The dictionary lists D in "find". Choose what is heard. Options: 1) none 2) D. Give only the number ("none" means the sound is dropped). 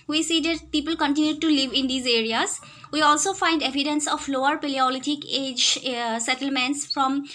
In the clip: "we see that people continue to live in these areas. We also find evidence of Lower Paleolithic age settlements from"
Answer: 2